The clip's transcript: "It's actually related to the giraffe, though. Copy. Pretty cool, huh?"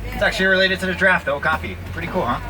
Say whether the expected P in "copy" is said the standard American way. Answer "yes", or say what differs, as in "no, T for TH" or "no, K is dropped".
no, F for P